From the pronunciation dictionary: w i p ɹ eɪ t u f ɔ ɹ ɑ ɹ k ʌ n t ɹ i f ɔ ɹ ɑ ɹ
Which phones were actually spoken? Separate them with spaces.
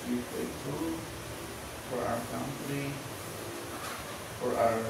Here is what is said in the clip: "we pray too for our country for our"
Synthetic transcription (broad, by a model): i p eɪ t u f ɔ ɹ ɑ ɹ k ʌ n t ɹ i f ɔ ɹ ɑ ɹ